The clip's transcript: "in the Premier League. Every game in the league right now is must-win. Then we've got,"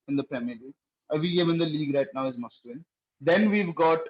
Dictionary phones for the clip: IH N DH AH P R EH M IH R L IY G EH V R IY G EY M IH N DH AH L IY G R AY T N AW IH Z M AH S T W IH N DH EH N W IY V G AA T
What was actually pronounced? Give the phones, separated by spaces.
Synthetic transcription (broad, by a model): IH N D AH P R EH M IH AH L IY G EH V IY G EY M IH N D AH L IY G R AY T N AW IH Z M AH S T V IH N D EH N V IY V G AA T